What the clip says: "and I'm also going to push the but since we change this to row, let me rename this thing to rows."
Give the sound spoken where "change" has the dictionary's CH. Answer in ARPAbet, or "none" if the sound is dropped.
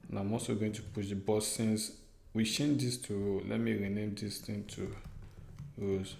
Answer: SH